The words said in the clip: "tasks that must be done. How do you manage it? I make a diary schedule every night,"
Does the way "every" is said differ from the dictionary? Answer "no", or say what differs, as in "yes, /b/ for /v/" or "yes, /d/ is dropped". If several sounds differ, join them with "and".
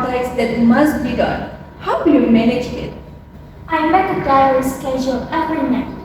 yes, /ɹ/ is dropped